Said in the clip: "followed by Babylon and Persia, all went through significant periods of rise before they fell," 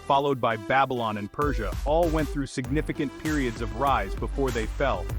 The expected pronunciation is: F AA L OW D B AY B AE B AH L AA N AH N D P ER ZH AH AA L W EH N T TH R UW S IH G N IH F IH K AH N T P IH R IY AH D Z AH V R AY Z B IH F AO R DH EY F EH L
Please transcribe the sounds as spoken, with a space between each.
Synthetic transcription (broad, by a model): F AA L OW D B AY B AE B AH L AA N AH N P ER ZH AH AA L W EH N TH R UW S IH G N IH F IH K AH N P IH R IY AH D Z AH V R AY Z B IH F AO R DH EY F EH L